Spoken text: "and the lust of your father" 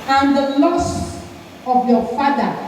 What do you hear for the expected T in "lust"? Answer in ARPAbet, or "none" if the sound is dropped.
none